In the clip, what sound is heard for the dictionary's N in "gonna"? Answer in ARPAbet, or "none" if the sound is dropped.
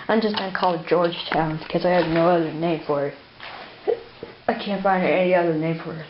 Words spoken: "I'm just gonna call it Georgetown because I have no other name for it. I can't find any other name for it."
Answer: none